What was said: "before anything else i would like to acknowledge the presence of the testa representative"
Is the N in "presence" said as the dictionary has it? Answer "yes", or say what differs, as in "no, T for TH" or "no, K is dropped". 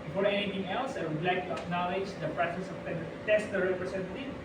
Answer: no, N is dropped